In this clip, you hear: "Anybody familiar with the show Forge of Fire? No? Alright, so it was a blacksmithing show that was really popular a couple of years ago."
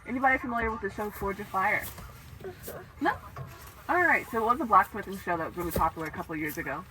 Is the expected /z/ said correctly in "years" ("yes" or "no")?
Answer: yes